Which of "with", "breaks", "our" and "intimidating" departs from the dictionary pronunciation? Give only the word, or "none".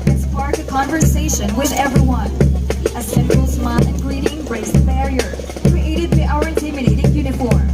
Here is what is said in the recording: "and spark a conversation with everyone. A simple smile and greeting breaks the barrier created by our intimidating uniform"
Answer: breaks